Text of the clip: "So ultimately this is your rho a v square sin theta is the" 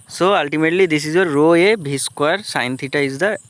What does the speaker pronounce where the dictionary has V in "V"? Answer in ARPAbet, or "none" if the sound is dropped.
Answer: B